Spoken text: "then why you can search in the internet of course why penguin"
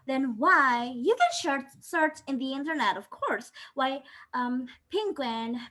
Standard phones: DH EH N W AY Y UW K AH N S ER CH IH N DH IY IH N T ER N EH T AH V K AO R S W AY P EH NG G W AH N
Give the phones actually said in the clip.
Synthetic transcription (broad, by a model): DH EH N W AY Y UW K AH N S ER S IH N DH IY IH N T ER N EH T AH V K AO R S W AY P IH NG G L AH N